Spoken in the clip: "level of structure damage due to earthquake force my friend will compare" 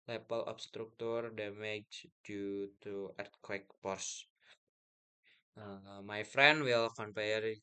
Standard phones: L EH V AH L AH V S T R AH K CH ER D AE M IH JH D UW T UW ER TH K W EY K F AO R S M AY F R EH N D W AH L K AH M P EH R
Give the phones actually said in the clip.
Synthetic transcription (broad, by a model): L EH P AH L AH P S T R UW K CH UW D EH M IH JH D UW T UW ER T K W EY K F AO R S M AY F R EH N D W AH L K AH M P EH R